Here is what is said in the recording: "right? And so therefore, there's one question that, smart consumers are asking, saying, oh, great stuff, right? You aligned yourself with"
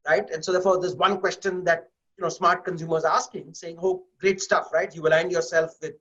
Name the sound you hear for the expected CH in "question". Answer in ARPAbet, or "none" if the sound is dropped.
CH